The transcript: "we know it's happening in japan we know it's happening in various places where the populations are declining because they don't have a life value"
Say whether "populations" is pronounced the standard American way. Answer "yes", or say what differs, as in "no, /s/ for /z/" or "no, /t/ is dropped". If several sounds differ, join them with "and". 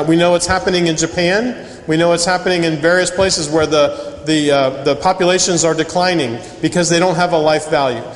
yes